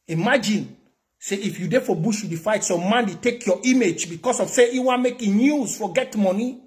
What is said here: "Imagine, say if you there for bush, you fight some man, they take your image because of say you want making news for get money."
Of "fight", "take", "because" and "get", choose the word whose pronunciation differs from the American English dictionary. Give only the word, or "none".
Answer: because